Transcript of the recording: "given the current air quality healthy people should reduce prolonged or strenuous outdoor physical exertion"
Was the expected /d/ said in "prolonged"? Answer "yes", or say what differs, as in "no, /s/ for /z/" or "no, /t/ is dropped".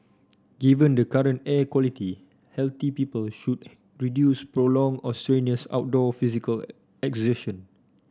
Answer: no, /d/ is dropped